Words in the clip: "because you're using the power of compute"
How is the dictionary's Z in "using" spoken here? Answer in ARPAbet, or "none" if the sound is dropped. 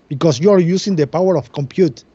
S